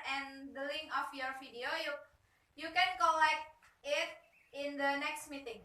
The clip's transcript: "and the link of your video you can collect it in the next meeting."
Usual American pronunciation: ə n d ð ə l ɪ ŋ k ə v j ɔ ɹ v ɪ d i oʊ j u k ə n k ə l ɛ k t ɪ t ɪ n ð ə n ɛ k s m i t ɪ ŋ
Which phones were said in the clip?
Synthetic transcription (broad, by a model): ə n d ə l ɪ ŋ ə f j ɔ ɹ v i d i oʊ j u k ə n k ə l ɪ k ɪ t ɪ n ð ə n ɛ k s m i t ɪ ŋ